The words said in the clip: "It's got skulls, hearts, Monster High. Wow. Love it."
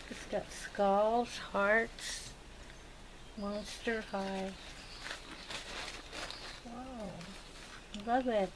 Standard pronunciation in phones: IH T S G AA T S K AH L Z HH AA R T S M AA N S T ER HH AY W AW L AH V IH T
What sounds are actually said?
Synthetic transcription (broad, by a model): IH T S G AA T S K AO L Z HH AA R T S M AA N S T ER HH AY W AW L AH V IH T